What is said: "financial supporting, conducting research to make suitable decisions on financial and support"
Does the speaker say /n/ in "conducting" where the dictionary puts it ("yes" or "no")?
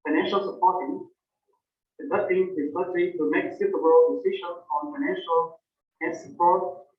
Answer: no